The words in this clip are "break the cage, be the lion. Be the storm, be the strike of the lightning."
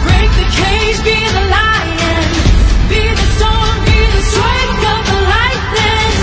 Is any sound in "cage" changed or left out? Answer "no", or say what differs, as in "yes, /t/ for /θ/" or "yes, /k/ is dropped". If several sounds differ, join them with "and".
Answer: yes, /z/ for /dʒ/